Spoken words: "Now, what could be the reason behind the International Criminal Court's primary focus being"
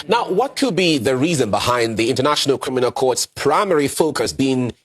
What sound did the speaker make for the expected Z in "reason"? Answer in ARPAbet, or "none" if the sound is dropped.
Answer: Z